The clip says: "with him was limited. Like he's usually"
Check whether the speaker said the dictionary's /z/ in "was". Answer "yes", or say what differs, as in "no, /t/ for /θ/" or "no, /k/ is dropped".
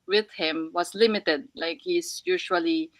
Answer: no, /s/ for /z/